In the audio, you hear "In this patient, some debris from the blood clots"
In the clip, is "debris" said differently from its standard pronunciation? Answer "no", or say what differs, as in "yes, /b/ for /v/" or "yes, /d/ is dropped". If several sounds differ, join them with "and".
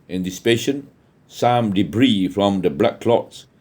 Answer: no